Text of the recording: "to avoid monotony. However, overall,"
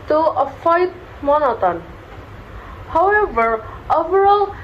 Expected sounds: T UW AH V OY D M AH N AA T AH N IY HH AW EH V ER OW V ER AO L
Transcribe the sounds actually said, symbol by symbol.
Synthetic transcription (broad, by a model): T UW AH F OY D M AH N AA T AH N HH AW EH V ER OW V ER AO L